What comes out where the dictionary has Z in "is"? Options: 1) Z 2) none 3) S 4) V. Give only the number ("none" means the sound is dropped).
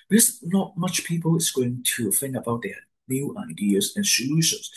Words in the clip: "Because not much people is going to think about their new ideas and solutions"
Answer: 3